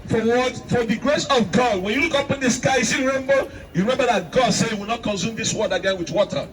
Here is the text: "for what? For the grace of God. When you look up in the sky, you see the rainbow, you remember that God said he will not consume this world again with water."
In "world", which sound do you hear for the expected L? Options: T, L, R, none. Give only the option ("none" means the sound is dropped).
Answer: none